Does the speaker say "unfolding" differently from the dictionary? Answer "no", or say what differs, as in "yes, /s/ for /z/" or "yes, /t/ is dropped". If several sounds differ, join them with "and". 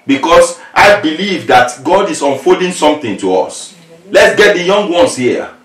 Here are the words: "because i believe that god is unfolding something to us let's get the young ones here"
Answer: yes, /l/ is dropped